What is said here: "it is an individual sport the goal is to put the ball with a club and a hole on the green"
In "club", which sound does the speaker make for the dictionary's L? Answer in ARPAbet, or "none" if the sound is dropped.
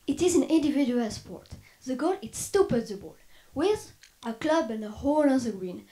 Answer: L